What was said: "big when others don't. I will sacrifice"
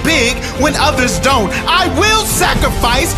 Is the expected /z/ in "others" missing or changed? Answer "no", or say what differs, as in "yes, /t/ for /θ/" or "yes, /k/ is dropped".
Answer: no